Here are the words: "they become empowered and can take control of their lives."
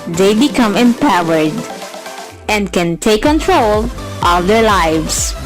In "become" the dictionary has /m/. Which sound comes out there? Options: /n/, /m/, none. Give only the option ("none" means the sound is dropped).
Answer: /m/